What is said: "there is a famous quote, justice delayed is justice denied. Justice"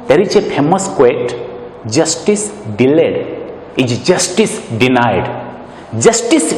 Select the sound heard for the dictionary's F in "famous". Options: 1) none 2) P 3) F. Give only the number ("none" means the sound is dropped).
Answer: 2